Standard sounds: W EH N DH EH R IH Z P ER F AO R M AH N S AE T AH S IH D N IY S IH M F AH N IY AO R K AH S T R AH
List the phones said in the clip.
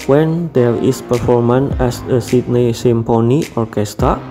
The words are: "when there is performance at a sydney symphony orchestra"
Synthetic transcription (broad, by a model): W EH N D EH R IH S P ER F AO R M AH N EH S AH S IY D N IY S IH M P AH N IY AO R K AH S T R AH